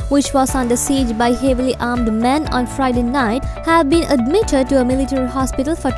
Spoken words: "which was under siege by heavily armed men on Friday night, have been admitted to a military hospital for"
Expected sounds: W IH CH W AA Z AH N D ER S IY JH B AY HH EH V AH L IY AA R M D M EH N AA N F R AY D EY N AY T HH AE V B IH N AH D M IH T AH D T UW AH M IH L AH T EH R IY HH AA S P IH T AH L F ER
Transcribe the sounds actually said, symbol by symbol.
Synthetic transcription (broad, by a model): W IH CH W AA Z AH N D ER S IY JH B AY HH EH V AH L IY AA R M D M EH N AA N F R AY D EY N AY T HH AE V B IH N AH D M IH T AH D T UW AH M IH L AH T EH R IY HH AA S P IH T AH L F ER